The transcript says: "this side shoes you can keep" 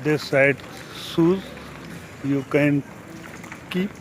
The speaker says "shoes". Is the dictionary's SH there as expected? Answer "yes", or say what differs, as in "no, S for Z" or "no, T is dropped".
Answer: no, S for SH